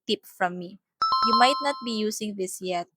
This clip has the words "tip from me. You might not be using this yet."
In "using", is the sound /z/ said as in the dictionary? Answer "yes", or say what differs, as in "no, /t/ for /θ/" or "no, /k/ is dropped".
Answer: no, /s/ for /z/